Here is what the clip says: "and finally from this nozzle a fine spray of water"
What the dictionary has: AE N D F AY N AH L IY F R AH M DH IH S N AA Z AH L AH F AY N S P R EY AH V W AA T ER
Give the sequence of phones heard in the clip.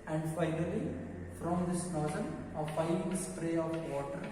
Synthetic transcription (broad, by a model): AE N D F AY N AH L IY F R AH M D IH S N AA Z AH N AH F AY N S P R EY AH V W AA T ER